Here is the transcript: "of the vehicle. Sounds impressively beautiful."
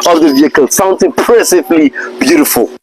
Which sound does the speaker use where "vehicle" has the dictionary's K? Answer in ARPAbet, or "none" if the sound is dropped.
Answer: K